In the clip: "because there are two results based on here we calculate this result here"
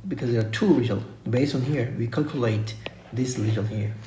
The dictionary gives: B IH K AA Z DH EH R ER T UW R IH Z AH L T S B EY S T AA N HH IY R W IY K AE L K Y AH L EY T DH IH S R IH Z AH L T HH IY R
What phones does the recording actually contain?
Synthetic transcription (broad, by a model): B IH K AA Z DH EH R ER T UW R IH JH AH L B EY S T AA N HH IY R W IY K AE L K Y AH L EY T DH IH S L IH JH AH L HH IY R